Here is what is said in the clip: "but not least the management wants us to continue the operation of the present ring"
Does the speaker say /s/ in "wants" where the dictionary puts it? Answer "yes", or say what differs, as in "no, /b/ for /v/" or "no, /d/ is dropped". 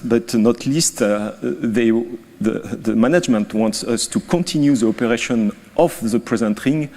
yes